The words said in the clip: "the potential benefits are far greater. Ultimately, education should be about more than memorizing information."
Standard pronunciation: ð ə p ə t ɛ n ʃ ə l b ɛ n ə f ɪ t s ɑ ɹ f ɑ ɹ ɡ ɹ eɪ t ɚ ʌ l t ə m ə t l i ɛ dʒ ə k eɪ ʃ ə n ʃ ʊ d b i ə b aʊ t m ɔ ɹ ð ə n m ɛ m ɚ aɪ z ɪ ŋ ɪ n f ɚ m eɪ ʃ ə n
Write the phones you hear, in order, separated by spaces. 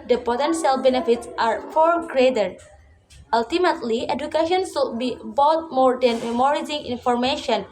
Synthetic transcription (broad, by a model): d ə p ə t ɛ n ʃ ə l b ɛ n ə f ɪ t s ɑ ɹ f ɑ ɹ ɡ ɹ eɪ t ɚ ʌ l t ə m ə t l i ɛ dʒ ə k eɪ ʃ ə n s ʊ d b i b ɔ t m ɔ ɹ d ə n m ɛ m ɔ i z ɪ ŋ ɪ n f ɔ m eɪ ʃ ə n